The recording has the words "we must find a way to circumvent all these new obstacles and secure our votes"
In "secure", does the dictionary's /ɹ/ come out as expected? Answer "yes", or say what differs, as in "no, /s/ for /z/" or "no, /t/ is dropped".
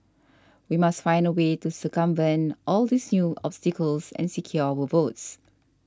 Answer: no, /w/ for /ɹ/